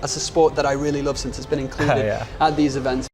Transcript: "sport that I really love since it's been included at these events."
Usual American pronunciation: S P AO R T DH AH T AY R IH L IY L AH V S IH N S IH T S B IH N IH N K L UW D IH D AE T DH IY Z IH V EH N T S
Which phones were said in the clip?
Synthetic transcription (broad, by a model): S P AO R T DH AH T AY R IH L IY L AH V S IH N S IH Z B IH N IH N K L UW D IH D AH T DH IY Z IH V EH N T S